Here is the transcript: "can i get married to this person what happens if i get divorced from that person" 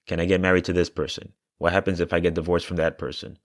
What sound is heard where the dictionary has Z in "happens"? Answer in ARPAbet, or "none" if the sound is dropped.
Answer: Z